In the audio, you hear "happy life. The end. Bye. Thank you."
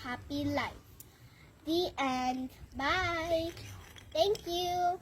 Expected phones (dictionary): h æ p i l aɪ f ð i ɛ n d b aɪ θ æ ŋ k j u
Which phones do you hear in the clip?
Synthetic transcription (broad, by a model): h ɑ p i l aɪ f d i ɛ n b aɪ t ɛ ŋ k j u